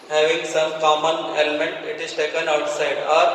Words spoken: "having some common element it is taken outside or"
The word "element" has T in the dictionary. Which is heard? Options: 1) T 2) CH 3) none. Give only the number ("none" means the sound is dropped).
1